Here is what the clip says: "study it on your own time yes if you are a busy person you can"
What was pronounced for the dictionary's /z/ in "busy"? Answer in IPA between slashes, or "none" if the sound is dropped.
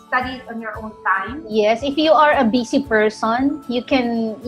/s/